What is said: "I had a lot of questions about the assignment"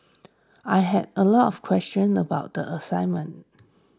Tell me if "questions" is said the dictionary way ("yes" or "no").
no